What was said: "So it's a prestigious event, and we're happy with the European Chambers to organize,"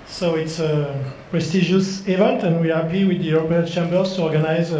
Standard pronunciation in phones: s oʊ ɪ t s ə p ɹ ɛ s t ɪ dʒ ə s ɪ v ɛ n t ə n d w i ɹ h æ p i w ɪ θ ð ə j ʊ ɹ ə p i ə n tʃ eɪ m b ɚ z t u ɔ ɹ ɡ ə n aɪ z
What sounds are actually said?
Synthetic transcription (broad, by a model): s oʊ ɪ t s ə p ɹ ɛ s t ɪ ʒ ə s ɪ v ɛ n t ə n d w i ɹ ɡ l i w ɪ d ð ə j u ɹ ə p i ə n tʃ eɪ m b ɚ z t u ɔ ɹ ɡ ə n aɪ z